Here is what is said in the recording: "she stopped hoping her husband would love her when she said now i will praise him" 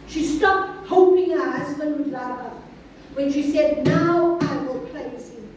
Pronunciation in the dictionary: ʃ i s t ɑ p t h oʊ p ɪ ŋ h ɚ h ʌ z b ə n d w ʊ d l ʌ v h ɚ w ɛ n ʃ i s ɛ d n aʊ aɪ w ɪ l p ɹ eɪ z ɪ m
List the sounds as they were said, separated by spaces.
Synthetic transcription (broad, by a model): ʃ i s t ɑ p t h oʊ p ɪ ŋ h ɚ h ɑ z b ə n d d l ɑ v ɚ w ɛ n ʃ i s ɛ d n aʊ aɪ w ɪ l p l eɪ s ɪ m